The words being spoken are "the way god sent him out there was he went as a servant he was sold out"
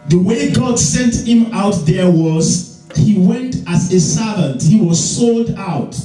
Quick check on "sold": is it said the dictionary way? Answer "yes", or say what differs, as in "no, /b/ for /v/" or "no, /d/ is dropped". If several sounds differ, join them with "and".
yes